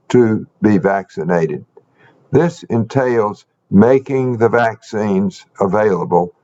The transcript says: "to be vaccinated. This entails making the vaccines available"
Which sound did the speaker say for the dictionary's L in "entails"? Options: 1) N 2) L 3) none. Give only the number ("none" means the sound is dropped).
2